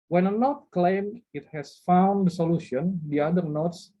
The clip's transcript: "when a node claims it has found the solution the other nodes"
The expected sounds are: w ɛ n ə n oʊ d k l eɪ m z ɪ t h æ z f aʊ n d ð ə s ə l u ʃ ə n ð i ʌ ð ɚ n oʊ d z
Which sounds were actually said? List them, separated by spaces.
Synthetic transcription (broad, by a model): w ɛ n ə n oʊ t k l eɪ m ɪ t h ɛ s f aʊ n d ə s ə l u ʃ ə n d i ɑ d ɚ n oʊ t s